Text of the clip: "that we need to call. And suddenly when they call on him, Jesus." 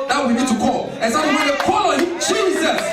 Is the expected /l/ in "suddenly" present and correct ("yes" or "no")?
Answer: no